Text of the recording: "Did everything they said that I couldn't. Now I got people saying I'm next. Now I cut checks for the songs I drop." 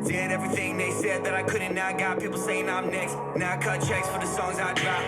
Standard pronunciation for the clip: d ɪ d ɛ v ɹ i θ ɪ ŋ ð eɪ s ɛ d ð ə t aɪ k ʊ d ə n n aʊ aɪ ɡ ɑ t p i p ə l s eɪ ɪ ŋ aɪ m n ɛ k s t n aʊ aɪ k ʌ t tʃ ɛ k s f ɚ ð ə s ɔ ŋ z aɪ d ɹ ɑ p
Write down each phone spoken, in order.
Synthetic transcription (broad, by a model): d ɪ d ɛ v ɹ i θ ɪ ŋ ð eɪ s ɛ d ð ə t aɪ k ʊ d n n aʊ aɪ ɡ ɑ t p i p l s eɪ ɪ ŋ aɪ m n ɛ k s t n aʊ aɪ k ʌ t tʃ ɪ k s f ɚ ð ə s ɔ ŋ z aɪ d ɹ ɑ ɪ